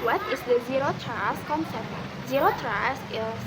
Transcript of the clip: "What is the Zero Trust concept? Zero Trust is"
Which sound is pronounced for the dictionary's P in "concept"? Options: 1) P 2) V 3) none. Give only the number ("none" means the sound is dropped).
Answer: 3